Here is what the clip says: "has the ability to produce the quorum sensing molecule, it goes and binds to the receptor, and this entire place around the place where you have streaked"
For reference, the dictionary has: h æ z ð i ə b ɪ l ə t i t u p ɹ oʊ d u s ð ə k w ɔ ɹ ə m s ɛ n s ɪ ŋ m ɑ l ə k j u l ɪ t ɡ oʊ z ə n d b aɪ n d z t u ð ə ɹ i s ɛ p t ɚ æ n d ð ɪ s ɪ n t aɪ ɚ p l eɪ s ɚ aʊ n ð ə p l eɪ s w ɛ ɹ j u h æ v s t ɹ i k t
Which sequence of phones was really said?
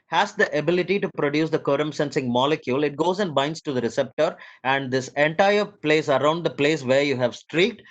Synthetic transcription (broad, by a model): h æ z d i ə b ɪ l ə t i t u p ɹ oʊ d u s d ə k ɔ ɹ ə m s ɛ n s ɪ ŋ m ɑ l ə k j u l ɪ t ɡ oʊ z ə n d b aɪ n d s t u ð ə ɹ i s ɛ p t ɚ æ n d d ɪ s ɪ n t aɪ ɚ p l eɪ s ɚ aʊ n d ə p l eɪ s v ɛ ɹ j u h æ v s t ɹ i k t